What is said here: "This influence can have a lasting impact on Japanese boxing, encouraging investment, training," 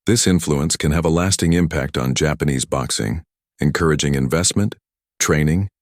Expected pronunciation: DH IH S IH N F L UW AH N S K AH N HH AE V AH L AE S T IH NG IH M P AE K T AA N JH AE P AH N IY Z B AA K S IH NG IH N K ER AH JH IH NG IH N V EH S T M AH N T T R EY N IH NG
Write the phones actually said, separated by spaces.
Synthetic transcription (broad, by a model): DH IH S IH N F L UW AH N S K AH N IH V AH L AE S T IH NG IH M P AE K T N JH AE P AH N IY Z B AA K S IH NG IH N K ER AH JH IH NG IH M V EH S T M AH N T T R EY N IH NG